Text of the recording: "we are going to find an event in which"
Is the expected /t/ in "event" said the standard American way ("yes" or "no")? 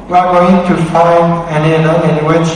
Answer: no